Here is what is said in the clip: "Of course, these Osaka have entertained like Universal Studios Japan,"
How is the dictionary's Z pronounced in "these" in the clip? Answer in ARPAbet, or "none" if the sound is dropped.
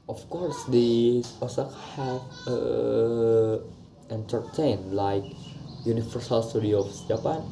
none